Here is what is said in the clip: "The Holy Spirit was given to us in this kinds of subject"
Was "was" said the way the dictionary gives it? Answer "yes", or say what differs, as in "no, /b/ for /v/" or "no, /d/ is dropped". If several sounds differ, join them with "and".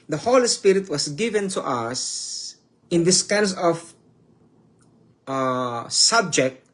no, /s/ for /z/